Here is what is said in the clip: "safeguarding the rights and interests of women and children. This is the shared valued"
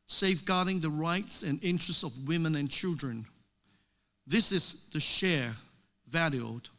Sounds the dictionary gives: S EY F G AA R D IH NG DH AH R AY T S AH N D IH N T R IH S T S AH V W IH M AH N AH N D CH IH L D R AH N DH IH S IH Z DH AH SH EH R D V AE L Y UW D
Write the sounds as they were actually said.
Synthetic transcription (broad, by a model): S EY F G AA R D IH NG DH AH R AY T S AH N IH N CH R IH S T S AH V W IH M AH N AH N CH IH L D R AH N DH IH S IH Z DH AH SH EH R V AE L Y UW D